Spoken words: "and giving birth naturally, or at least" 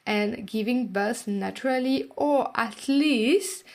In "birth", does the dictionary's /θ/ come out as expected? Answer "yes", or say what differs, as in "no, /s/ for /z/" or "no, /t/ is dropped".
no, /s/ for /θ/